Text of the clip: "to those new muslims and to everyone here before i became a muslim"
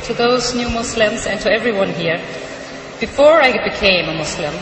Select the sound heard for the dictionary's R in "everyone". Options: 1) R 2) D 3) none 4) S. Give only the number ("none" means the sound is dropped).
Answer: 1